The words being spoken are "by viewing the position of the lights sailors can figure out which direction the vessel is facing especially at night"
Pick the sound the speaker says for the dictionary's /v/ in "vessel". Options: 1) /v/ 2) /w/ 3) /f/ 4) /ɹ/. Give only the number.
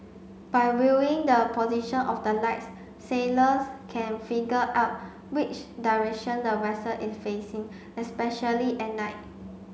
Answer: 2